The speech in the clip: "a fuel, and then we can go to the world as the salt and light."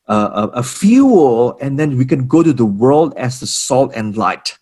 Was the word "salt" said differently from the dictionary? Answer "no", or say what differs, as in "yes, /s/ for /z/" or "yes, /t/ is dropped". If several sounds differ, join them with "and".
no